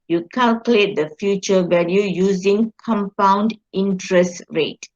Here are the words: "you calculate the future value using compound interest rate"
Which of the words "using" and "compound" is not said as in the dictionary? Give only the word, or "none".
none